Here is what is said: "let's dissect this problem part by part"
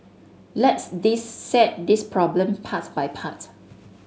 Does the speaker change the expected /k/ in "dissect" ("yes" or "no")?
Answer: yes